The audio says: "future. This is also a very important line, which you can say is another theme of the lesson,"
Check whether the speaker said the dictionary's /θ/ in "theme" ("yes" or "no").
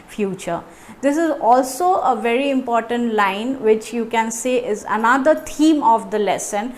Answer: no